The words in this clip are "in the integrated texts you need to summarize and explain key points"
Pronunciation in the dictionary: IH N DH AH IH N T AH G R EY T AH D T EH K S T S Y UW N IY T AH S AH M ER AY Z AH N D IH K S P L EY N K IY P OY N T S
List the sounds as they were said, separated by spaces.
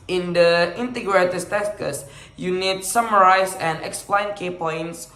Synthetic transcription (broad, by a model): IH N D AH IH N T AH G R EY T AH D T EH S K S Y UW N IY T S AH M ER AY S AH N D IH K S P L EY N K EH P OY N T S